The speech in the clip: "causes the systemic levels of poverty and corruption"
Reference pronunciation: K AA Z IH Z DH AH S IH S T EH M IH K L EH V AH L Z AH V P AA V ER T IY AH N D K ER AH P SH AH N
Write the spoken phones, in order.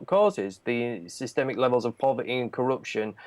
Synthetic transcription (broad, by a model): K AA Z IH Z DH AH S IH S T EH M IH K L EH V AH L Z AH V P AA V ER T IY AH N K ER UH P SH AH N